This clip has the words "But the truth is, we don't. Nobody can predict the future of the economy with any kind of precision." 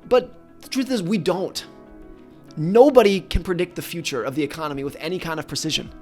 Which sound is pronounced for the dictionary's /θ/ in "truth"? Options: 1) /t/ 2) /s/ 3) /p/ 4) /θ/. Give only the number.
4